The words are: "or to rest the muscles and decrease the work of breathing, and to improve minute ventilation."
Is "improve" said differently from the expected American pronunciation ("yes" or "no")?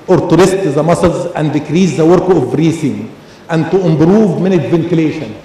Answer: yes